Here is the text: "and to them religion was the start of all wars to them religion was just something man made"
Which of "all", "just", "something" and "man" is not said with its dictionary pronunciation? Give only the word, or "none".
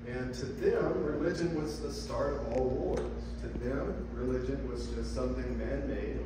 none